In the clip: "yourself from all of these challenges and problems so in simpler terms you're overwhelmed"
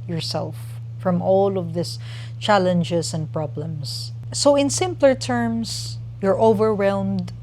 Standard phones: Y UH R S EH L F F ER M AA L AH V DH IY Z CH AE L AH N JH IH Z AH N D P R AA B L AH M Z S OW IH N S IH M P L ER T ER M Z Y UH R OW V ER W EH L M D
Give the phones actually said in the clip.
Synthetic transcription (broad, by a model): Y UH R S EH L F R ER M AA L AH V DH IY S CH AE L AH N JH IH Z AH N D P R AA B L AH M S OW IH N S IH M P L ER T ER M S Y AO R OW V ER W EH L M D